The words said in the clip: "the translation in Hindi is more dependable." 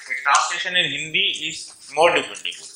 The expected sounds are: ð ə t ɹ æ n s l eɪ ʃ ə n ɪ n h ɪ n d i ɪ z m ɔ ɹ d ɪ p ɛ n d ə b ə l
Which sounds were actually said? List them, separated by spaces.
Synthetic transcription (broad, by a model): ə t æ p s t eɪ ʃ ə n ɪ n h ɪ n d i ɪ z m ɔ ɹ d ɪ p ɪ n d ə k